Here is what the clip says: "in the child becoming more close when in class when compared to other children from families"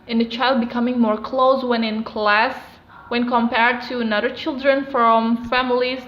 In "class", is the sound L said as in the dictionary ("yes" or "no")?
yes